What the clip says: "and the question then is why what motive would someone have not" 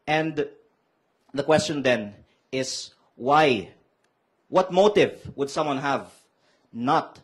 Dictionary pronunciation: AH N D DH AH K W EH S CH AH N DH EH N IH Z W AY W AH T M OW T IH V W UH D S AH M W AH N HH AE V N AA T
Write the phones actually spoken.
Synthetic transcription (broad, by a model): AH N D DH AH K W EH S CH AH N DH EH N IH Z W AY W AH T M OW T IH V W UH D S AH M W AH N HH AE V N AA T